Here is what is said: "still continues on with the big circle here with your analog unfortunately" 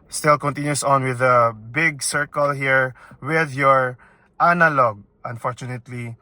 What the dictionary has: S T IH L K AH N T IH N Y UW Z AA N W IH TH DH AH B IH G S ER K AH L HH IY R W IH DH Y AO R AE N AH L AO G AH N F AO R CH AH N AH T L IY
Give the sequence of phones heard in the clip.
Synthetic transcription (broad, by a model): S T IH L K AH N T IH N Y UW S AA N W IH DH AH B IH G S ER K AH L HH IY R W IH DH Y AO R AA N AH L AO G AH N F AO R CH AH N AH T L IY